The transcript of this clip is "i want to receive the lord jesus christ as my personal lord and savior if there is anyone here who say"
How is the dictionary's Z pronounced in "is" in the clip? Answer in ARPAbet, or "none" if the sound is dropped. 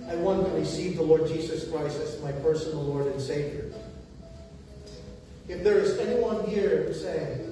Z